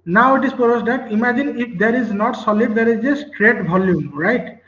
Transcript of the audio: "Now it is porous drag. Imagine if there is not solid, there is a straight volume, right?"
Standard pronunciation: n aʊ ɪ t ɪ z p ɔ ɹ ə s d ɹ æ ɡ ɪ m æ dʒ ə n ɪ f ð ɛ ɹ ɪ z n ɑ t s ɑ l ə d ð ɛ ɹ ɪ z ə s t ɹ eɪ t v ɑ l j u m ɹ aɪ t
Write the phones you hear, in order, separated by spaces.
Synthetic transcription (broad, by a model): n aʊ ɪ t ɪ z p ɔ ɹ ə s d ɑ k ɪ m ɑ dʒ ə n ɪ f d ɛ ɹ ɪ z n ɑ t s ɑ l ə d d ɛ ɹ ɪ z ə s t ɹ eɪ t b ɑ l j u m ɹ aɪ t